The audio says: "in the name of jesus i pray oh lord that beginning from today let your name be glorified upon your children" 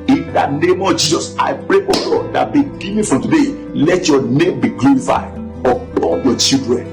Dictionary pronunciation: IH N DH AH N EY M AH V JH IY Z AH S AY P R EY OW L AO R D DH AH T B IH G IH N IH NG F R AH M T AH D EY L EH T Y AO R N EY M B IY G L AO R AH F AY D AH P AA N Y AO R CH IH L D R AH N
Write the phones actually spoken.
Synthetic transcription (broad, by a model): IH N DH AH N EY M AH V JH IY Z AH S AY P R EY OW L AO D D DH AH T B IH G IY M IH F R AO M T AH D EY L EH T Y AO N EY M B IY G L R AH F AY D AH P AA L Y AO CH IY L D R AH N